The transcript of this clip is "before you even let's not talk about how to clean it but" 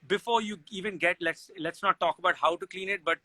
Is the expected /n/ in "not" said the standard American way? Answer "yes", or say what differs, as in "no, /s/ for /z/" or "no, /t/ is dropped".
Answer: no, /l/ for /n/